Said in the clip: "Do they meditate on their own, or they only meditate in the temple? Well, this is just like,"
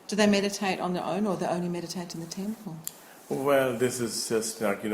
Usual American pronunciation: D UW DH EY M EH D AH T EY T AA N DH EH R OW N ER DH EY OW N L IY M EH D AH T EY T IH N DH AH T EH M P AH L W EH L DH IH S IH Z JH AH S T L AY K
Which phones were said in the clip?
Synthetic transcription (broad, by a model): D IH DH EY M EH D AH T EY T N DH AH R OW N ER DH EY OW N L IY M EH D AH T EY T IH N DH AH T EH M P AH L W EH L DH IH S IH Z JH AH S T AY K